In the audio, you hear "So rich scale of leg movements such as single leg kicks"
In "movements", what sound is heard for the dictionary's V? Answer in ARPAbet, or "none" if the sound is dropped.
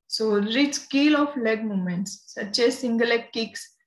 none